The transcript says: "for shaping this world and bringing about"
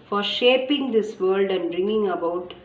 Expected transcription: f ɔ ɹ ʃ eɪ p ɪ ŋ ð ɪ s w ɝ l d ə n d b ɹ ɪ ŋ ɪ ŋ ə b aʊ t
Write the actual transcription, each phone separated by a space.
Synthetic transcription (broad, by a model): f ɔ ɹ ʃ eɪ p ɪ ŋ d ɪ s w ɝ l d ə n d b ɹ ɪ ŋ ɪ ŋ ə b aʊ t